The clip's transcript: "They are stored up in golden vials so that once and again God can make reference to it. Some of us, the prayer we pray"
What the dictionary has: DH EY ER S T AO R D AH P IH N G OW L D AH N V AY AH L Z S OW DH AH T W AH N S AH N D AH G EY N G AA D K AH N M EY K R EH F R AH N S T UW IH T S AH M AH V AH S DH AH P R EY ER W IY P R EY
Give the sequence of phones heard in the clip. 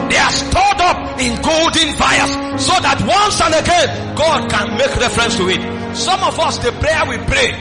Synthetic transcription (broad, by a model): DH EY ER S T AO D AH P IH N G OW L D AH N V AY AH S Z S OW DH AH T W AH N S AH N AH G EY N G AA D K AH N M EY K R EH F R AH N S T UW IH T S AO M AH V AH S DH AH P R EY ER W IY P R EY